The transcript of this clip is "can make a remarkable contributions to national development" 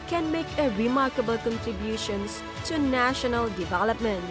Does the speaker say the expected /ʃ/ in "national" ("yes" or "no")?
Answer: yes